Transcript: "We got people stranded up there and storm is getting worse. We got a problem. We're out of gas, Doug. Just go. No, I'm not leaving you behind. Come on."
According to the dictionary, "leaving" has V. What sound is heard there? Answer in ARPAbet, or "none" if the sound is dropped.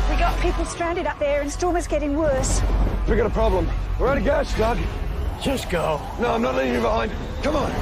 none